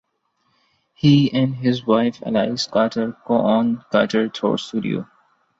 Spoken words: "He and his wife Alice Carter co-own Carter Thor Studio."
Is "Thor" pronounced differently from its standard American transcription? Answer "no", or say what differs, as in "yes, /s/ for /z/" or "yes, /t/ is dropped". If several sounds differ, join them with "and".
yes, /t/ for /θ/